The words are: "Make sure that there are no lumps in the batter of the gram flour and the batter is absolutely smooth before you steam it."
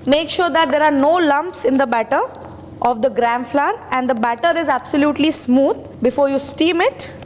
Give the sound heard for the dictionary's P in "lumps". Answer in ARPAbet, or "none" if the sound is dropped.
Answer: P